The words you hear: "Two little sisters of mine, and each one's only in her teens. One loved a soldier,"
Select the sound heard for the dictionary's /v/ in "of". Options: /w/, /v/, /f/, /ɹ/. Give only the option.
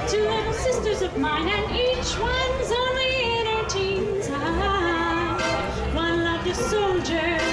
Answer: /v/